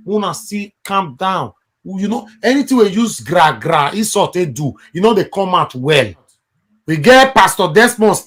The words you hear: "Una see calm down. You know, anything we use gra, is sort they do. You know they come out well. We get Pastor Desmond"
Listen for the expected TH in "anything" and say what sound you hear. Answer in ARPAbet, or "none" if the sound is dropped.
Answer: T